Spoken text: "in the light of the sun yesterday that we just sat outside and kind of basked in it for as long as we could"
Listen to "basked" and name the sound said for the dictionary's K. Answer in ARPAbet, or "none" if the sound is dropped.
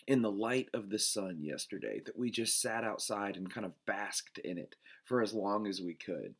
K